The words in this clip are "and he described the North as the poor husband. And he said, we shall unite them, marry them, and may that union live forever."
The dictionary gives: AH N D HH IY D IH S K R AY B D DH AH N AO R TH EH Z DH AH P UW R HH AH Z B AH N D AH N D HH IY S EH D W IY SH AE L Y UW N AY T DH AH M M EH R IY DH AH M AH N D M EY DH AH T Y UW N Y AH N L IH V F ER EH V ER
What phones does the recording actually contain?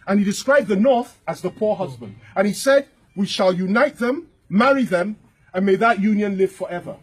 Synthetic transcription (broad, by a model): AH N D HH IY D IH S K R AY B DH AH N AO R TH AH Z DH AH P UW R HH AH Z B AH N D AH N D IY S EH D W IY SH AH L Y UW N AY T DH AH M M EH R IY DH AH M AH N M EY DH AH T Y UW N Y AH N L IH V F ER EH V ER